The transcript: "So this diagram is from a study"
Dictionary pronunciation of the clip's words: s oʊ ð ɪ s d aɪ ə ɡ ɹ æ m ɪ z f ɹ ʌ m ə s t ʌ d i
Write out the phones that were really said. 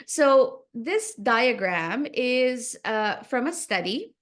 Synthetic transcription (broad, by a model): s oʊ ð ɪ s d aɪ ə ɡ ɹ æ m ɪ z f ɹ ʌ m ə s t ʌ d i